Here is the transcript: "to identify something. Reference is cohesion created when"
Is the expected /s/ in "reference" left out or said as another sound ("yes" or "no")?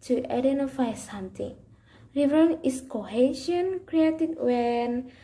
yes